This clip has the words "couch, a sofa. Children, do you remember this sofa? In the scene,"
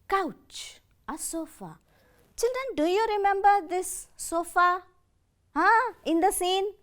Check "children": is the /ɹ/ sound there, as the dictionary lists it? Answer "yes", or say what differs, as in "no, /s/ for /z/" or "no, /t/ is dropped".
no, /ɹ/ is dropped